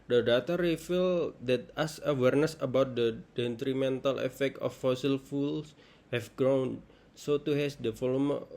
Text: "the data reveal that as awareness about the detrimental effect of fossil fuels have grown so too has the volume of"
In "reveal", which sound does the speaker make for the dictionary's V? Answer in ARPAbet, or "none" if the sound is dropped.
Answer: F